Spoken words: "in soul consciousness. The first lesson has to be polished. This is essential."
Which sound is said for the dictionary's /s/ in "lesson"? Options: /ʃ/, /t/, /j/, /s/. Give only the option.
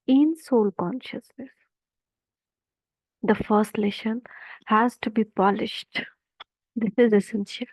/ʃ/